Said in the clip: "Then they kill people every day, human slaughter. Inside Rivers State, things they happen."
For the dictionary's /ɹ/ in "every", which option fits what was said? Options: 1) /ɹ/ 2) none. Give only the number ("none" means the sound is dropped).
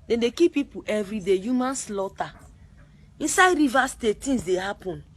1